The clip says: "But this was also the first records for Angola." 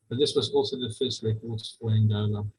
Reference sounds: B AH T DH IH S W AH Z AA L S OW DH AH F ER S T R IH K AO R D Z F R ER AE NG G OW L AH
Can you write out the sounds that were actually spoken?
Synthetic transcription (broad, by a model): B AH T DH IH S W AH Z AA L S OW DH AH F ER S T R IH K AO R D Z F L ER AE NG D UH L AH